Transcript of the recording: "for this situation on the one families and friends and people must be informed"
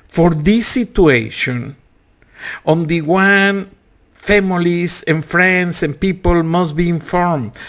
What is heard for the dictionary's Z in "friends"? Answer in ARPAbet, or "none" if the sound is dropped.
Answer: S